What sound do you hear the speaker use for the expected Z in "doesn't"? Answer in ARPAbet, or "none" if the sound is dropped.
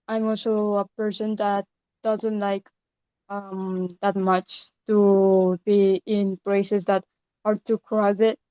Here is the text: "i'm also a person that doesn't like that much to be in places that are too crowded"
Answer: Z